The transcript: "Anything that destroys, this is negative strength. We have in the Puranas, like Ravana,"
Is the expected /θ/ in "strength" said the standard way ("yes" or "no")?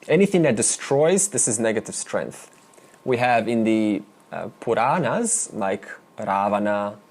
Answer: yes